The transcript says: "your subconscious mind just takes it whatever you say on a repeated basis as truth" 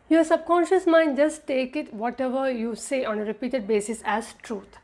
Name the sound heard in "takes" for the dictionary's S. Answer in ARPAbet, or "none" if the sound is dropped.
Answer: none